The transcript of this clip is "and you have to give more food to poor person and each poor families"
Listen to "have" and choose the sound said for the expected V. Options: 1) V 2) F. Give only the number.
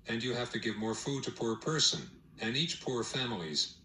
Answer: 2